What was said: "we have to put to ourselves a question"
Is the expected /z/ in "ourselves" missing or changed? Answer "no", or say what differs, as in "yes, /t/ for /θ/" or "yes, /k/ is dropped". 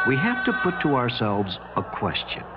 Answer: no